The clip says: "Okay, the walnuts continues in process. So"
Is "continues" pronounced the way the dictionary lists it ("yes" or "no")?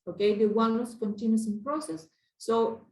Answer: no